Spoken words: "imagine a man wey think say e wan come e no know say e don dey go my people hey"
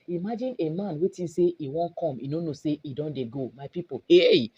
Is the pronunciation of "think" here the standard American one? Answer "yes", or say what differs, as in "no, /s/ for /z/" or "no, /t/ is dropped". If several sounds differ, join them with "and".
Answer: no, /t/ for /θ/